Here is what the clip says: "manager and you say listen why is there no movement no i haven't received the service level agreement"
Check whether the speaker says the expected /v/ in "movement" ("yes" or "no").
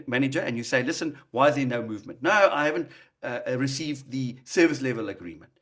yes